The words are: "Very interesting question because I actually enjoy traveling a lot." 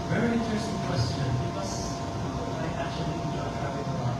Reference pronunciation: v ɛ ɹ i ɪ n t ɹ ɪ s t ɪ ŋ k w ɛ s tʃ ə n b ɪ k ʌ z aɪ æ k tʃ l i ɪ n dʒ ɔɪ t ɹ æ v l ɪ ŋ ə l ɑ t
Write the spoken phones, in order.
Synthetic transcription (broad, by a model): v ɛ ɹ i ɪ n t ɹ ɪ s t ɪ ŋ k w ɛ s tʃ ə n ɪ ʌ s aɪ æ k tʃ l i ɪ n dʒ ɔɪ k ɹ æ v ɪ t ə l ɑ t